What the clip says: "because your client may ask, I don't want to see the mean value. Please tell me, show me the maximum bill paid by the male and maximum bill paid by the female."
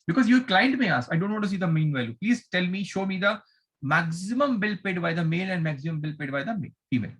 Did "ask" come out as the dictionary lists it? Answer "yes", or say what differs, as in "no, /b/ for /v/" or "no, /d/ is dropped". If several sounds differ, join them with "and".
no, /k/ is dropped